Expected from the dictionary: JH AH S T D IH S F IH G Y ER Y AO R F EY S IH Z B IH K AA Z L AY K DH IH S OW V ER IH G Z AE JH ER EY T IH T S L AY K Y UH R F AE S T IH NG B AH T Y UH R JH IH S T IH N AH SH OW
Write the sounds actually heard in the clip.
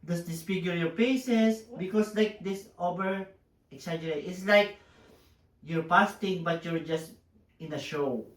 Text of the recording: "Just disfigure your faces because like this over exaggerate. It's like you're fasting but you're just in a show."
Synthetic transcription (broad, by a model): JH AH S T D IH S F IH G Y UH Y AO R P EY S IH S B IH K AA S L AY K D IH S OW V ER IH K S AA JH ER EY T IH T S L AY K Y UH R P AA S T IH NG B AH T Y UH R JH IH S T IH N AH SH OW